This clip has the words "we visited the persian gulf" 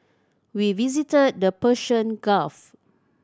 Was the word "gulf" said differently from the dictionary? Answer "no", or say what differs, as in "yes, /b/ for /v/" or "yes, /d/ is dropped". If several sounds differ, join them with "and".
yes, /l/ is dropped